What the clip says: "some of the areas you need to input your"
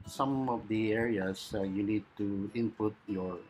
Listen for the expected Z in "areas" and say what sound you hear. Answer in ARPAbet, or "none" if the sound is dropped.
S